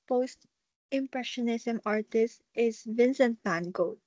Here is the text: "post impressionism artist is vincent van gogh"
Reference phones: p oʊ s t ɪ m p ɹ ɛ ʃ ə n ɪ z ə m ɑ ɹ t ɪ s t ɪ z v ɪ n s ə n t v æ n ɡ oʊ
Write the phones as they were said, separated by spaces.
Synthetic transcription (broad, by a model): p oʊ s t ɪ m p ɹ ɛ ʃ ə n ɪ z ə m ɑ ɹ t ɪ s t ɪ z v ɪ n s ə n t p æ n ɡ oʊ